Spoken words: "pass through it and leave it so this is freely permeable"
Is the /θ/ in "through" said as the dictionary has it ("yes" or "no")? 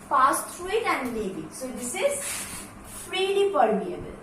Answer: no